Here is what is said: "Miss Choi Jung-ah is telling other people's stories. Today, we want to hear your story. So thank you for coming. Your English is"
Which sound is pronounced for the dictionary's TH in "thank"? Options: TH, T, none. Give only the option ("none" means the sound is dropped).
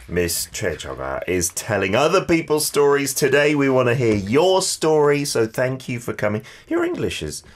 TH